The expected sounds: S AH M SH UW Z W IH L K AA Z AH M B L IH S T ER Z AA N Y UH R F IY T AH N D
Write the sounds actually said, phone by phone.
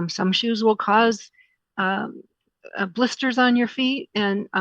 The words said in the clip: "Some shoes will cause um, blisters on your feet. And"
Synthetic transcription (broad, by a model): S AH M SH UW Z W IH L K AA Z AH B L IH S T ER Z N Y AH R F IY T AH N